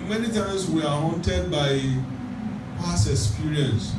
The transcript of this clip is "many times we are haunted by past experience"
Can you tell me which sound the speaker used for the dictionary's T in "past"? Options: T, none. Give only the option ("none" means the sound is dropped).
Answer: none